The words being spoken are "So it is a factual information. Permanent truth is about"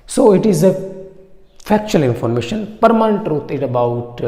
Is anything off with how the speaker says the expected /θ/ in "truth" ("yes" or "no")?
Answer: yes